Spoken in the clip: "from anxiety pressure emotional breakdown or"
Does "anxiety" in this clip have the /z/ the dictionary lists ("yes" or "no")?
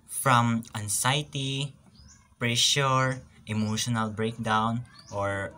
no